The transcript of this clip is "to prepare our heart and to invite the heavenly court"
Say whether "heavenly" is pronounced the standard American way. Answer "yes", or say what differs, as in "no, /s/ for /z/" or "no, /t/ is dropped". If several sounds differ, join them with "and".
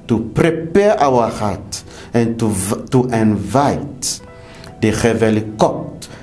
no, /n/ is dropped